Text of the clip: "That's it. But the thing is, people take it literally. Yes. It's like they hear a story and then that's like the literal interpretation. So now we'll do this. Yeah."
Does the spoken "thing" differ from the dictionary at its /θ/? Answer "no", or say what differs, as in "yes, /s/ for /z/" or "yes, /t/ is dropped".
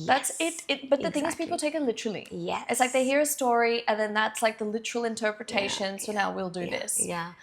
no